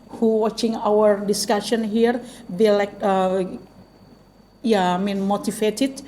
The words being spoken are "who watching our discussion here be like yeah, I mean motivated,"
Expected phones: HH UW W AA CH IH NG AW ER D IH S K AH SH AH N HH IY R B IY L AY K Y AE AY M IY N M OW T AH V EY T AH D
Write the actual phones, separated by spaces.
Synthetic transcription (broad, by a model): HH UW W AA CH IH NG AW ER D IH S K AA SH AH N HH IY R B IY L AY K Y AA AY M IY N M OW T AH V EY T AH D